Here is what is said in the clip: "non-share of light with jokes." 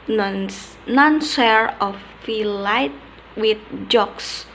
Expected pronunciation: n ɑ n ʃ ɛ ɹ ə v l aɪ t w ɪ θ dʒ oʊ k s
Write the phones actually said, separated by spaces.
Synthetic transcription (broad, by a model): n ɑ n s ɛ ɹ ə f l aɪ t w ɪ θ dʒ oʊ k s